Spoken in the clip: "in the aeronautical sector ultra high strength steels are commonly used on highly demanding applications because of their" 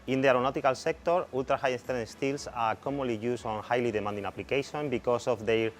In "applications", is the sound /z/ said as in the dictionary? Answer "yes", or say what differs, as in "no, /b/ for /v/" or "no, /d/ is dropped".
no, /z/ is dropped